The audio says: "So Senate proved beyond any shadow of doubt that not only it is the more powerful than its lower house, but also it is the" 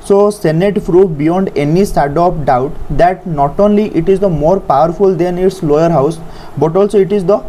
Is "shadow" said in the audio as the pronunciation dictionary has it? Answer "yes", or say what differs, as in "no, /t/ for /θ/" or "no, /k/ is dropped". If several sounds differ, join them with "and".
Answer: no, /s/ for /ʃ/